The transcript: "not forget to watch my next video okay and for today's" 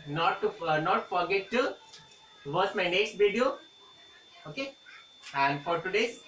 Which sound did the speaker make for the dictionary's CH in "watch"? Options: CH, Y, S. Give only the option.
S